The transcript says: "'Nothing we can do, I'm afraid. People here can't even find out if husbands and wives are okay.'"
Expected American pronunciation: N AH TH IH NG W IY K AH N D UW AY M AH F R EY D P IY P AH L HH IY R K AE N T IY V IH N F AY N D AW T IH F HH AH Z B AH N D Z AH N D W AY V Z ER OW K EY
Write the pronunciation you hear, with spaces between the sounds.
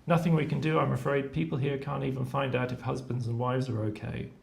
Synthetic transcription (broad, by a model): N AH TH IH NG W IY K AH N D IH AY M AH F R EY D P IY P AH L HH IY R K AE N T IY V IH N F AY N D AW T IH F HH AH Z B AH N D Z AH N W AY V Z ER OW K EY